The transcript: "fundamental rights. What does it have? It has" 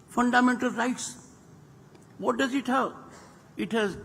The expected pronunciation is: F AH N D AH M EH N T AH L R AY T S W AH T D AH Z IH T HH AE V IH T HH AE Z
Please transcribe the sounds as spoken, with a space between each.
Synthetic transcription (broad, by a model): F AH N D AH M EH N T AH L R AY T S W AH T D AH Z IH T HH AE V IH T HH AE Z